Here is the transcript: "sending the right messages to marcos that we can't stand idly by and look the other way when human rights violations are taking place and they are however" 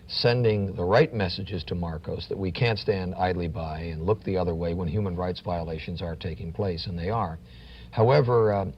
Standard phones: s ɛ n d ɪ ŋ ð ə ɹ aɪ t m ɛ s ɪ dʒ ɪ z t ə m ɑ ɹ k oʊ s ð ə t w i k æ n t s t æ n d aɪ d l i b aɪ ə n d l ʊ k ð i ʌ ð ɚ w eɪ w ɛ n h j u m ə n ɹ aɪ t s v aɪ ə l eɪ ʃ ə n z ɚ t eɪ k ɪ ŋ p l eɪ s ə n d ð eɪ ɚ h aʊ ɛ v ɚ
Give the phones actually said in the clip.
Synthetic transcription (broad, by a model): s ɛ n d ɪ ŋ ð ə ɹ aɪ t m ɛ s ɪ dʒ ɪ z t ə m ɑ ɹ k oʊ s ð ə t w i k æ n t s t æ n d aɪ d l i b aɪ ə n l ʊ k ð i ʌ ð ɚ w eɪ w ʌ n h j u m ə n ɹ aɪ t s v aɪ ə l eɪ ʃ ə n z ɚ t eɪ k ɪ ŋ p l eɪ s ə n ð eɪ ɚ h aʊ ɛ v ɚ